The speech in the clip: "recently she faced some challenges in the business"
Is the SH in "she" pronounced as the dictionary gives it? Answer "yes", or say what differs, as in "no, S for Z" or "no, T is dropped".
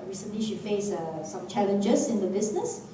yes